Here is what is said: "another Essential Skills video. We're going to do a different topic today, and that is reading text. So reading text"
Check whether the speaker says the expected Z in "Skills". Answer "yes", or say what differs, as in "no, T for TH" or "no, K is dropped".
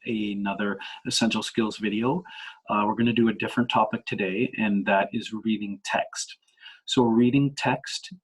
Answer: yes